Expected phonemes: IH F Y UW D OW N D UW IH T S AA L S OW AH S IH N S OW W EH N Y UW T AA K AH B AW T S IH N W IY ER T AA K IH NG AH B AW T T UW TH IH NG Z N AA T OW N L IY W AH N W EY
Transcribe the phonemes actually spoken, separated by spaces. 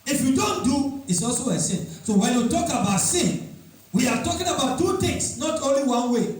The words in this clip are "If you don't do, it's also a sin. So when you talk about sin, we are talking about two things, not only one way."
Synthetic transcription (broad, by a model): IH F Y UW D OW N D UW IH T S AA L S OW AH S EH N S OW W EH N Y UW T AA K AH B AW T S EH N W IY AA T AA K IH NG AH B AW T T UW T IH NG S N AA T OW N L IY W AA N W EY